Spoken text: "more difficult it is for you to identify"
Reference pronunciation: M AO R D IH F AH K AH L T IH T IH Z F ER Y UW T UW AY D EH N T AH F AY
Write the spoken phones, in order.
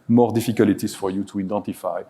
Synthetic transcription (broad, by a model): M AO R D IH F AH K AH L IH T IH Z F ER Y UW T UW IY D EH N T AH F AY